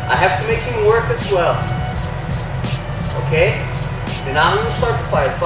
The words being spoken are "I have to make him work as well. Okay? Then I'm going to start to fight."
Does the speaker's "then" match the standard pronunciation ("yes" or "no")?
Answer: no